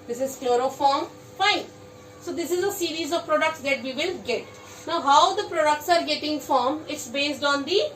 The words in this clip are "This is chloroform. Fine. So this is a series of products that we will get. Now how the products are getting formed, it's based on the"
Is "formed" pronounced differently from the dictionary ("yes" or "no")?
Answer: yes